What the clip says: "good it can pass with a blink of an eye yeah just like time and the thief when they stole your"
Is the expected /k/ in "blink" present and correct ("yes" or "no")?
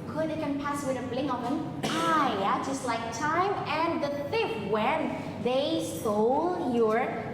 no